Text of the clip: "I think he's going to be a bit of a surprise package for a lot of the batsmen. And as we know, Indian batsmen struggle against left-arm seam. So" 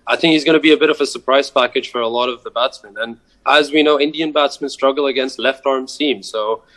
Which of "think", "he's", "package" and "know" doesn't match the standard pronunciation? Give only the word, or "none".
none